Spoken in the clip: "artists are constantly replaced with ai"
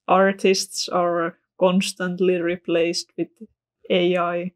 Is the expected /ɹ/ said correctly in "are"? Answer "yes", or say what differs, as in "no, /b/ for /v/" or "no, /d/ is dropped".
yes